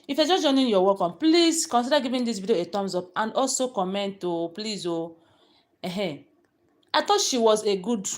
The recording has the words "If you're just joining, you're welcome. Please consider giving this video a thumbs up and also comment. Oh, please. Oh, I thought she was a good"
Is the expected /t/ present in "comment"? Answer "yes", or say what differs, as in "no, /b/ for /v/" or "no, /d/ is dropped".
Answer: yes